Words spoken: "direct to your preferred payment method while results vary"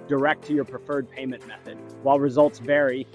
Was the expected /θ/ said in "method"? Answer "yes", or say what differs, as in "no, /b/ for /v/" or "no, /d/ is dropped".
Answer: yes